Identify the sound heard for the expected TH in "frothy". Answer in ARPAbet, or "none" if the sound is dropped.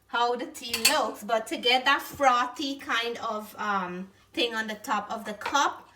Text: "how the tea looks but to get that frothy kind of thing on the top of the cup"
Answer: T